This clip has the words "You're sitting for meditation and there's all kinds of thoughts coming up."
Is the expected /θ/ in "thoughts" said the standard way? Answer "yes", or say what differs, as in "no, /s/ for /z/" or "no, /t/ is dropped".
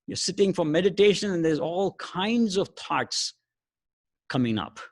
no, /t/ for /θ/